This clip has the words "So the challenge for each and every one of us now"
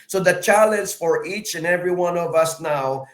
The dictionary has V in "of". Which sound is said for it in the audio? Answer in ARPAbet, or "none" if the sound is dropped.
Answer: V